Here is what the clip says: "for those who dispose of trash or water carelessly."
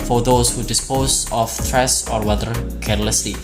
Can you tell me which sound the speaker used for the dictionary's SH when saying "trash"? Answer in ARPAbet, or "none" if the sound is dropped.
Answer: S